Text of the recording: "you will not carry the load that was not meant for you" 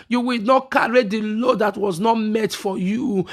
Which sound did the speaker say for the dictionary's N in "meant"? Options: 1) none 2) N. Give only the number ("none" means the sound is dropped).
1